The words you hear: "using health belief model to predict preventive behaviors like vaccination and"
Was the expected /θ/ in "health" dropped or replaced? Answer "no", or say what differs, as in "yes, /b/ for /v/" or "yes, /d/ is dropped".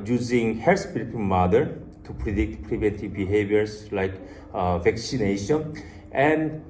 yes, /t/ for /θ/